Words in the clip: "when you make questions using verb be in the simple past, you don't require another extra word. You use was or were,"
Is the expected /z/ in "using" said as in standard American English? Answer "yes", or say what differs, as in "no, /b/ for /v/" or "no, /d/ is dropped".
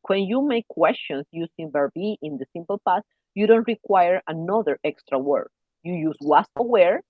no, /s/ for /z/